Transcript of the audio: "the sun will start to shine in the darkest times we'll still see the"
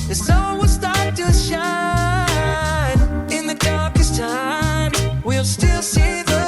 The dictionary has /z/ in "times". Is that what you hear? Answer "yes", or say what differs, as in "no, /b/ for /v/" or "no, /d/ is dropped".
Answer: no, /z/ is dropped